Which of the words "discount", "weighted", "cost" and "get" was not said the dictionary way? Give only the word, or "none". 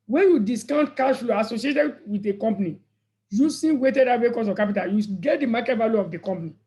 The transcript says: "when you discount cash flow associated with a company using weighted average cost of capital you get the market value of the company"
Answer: cost